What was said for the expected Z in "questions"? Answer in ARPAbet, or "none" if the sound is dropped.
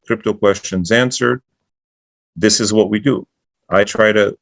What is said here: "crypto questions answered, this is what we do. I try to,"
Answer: Z